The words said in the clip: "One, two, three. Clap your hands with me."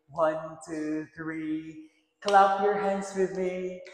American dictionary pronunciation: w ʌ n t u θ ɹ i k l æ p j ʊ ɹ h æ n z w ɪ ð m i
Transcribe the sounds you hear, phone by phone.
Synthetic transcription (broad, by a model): w ʌ n t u θ ɹ i k l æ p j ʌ ɹ h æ n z w ɪ ð m i